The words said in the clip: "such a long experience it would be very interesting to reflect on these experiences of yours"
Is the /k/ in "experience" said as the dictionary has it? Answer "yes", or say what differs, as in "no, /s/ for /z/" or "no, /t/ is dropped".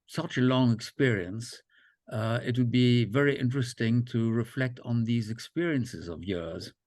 yes